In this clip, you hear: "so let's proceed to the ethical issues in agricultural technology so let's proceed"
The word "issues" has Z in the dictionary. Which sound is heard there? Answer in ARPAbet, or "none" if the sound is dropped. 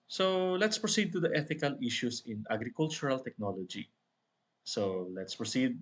S